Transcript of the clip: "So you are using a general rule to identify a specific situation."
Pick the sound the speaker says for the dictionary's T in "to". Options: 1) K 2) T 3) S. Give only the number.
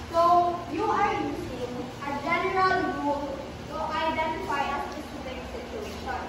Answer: 3